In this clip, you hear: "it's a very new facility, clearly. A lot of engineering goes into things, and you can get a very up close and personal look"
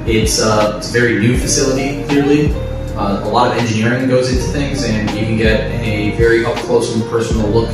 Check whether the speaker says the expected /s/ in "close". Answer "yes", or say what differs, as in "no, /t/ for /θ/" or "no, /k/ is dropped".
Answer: no, /s/ is dropped